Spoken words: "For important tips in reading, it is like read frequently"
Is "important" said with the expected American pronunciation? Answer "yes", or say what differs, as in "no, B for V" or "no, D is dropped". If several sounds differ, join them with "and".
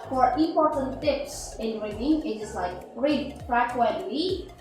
no, M is dropped